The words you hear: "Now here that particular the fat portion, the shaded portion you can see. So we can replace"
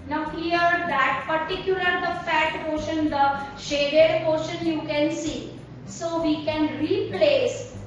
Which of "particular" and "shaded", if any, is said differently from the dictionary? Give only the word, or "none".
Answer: none